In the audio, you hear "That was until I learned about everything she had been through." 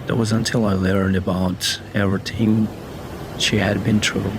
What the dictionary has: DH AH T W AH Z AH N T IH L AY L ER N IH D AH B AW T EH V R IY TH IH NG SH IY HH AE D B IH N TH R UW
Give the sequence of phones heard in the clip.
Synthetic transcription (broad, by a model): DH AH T W AH Z AH N T IH L AY L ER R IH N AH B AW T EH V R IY T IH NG SH IY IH D B IH N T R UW